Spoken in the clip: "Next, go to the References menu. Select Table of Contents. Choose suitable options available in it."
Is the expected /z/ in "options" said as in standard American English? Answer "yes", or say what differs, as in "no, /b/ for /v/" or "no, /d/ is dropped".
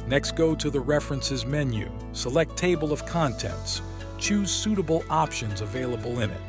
yes